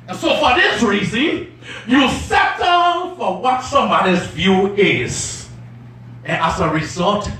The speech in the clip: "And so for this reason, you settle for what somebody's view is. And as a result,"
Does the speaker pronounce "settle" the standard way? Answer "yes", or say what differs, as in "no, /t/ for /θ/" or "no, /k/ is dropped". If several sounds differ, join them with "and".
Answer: no, /n/ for /l/